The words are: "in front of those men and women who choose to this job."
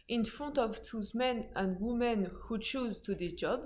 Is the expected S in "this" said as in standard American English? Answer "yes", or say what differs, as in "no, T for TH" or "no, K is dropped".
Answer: no, S is dropped